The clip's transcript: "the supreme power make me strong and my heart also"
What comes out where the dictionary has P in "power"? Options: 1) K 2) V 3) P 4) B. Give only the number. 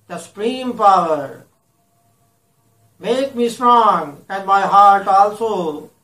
3